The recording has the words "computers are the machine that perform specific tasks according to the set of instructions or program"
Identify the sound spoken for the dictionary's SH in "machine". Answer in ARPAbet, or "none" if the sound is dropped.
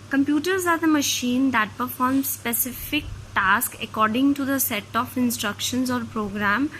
SH